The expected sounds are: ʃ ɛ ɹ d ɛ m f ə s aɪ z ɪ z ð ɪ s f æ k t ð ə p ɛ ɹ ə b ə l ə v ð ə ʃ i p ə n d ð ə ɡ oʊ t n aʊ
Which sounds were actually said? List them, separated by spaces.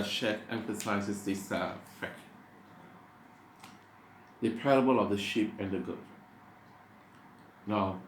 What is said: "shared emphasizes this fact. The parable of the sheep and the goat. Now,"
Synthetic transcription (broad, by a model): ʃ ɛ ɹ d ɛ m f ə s aɪ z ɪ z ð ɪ s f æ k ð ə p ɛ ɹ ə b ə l ə v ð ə ʃ i p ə n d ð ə ɡ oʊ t n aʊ